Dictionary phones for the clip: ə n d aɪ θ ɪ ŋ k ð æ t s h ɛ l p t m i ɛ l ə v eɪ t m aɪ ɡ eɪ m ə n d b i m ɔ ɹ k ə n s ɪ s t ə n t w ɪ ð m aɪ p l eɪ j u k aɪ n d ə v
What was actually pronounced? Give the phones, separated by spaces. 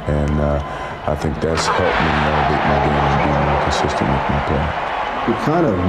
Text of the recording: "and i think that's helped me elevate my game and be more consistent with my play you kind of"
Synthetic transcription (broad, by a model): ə n aɪ θ ɪ ŋ k ð æ t s h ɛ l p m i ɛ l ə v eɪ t m aɪ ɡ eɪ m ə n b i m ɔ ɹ k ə n s ɪ s t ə n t w ɪ ð m aɪ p eɪ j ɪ k aɪ n d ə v